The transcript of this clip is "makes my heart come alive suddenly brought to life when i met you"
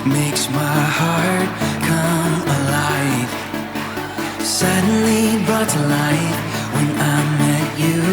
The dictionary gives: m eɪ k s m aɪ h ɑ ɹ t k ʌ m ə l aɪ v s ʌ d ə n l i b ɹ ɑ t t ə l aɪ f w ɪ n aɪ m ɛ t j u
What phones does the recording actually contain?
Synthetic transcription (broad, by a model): m eɪ k s m aɪ h ɑ ɹ t k ʌ m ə l aɪ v s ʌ d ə n l i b ʌ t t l aɪ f w ɪ n aɪ m ɛ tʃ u